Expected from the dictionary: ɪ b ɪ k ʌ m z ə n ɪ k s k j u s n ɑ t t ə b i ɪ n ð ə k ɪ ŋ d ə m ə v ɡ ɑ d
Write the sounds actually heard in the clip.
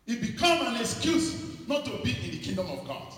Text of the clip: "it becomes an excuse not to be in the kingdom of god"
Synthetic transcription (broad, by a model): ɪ b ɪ k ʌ m ə n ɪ k s k j u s n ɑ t t ə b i ɪ n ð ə k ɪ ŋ d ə m ə v ɡ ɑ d